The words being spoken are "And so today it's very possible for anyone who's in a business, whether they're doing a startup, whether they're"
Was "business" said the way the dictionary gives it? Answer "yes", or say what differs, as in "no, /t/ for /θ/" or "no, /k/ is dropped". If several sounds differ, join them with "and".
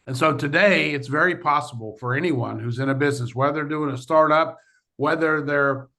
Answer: yes